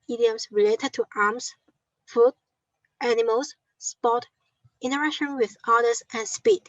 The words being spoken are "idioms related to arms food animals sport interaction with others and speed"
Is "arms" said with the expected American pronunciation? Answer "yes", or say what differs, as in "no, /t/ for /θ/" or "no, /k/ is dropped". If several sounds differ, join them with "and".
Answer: no, /s/ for /z/